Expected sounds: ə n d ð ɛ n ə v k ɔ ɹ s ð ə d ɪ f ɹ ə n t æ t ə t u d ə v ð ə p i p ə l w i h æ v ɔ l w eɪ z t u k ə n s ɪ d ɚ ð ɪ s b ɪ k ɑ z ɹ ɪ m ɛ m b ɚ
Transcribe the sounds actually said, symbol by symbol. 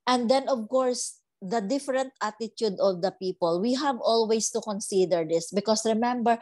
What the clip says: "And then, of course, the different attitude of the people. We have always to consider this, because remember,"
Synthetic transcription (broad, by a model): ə n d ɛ n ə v k ɔ ɹ s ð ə d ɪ f ɹ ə n t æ t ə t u d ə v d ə p i p ə l w i h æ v ɔ l w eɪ s t u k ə n s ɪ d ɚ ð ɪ s b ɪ k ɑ s ɹ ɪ m ɛ m b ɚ